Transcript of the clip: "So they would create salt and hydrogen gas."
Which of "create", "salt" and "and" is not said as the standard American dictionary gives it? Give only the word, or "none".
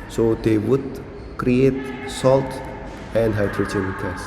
none